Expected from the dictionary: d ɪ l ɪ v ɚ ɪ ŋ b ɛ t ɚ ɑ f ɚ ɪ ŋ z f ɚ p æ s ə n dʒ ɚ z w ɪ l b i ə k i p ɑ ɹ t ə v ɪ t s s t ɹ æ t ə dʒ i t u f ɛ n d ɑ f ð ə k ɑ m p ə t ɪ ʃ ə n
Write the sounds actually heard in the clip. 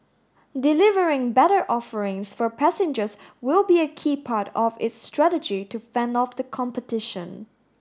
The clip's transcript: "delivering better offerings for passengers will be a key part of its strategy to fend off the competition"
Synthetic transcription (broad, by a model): d ɪ l ɪ v ɚ ɪ ŋ b ɛ t ɚ ɑ f ɚ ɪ ŋ s f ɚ p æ s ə n dʒ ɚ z w ɪ l b i ə k i p ɑ ɹ t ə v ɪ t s s t ɹ æ t ə dʒ i t u f ɛ n d ɑ f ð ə k ɑ m p ə t ɪ ʃ ə n